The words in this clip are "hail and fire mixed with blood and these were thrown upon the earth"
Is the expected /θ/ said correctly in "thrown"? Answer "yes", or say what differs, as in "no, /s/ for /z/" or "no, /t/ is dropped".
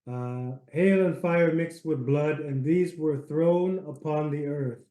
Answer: yes